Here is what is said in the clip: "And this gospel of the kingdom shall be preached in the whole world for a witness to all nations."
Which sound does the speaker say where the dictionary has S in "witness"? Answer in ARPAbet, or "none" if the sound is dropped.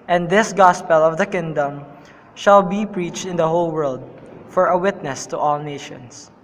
S